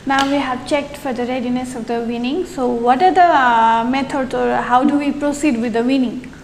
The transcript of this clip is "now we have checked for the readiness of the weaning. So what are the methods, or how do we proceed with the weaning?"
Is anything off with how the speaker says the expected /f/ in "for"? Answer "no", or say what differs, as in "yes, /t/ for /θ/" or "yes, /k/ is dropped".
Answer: no